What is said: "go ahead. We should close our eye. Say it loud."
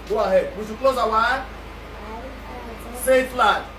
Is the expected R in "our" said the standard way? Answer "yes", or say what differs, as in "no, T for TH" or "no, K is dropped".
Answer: no, L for R